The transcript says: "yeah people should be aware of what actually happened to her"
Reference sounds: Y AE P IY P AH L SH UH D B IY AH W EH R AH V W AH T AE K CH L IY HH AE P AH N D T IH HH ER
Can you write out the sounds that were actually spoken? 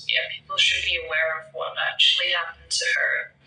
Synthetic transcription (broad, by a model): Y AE P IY P L SH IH D B IY AH W EH R AH V W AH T AE K CH L IY HH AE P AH N T IH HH ER